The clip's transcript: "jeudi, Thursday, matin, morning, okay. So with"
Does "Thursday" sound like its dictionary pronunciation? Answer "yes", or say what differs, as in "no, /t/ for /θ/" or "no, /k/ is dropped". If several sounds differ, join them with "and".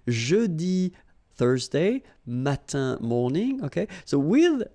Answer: yes